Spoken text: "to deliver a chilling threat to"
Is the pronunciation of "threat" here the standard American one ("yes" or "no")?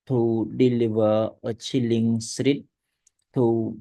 no